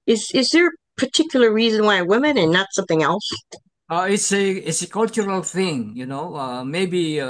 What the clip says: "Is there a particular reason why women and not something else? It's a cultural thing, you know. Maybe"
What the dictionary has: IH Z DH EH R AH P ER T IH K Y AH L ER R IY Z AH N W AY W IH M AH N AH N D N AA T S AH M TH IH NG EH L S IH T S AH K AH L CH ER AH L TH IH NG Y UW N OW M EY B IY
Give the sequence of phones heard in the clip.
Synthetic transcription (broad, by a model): IH Z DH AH R AH P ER T IH K Y L ER R IY Z AH N W AY W IH M AH N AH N N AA T S AH M TH IH NG EH L S IH T S AH K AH L CH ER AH L TH IH NG Y UW N OW M EY B IY